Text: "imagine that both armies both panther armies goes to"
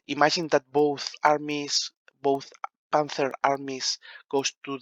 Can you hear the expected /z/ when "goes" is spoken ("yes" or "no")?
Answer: no